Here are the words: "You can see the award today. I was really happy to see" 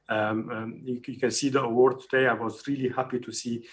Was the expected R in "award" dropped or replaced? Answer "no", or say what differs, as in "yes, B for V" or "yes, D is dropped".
no